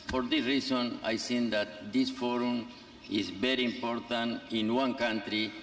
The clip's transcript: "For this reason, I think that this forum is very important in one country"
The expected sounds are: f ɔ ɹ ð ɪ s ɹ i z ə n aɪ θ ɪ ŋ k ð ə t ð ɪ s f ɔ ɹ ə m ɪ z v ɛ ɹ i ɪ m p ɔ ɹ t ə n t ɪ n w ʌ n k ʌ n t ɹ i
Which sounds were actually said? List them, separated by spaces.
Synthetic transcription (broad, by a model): f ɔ ɹ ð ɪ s ɹ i s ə n aɪ s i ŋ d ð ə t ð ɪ s f ɔ ɹ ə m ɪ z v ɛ ɹ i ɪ m p ɔ ɹ t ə n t ɪ n w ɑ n k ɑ n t ɹ i